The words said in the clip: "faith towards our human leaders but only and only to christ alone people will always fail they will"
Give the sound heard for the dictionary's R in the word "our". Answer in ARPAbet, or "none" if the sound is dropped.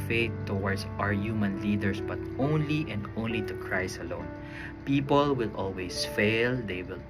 R